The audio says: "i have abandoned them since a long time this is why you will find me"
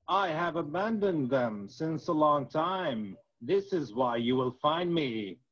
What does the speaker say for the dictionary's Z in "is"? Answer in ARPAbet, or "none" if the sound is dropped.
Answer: Z